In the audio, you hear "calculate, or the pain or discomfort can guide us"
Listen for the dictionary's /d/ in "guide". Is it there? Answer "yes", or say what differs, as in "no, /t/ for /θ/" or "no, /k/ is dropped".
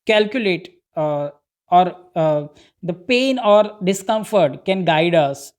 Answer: yes